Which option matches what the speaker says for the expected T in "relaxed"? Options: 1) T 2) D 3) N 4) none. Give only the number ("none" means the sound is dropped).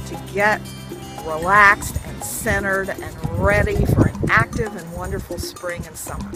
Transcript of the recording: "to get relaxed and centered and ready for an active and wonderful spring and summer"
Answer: 1